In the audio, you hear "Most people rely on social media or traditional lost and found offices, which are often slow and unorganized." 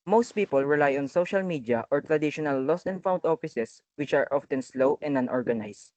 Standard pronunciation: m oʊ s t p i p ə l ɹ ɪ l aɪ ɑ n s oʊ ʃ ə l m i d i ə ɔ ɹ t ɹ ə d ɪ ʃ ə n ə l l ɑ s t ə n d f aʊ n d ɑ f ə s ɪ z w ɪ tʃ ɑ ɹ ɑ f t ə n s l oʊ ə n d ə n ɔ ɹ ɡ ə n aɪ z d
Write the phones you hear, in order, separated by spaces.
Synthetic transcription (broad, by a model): m oʊ s t p i p ə l ɹ ɪ l aɪ ɑ n s oʊ ʃ ə l m i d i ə ɔ ɹ t ɹ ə d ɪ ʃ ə n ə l l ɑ s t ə n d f aʊ n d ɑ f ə s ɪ s w ɪ tʃ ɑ ɹ ɑ f t ə n s l oʊ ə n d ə n ɔ ɹ ɡ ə n aɪ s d